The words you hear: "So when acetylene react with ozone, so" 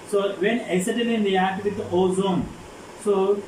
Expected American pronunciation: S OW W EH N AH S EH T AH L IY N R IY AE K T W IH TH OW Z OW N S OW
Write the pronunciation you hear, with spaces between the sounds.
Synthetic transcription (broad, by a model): S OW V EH N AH S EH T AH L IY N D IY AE T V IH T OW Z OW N S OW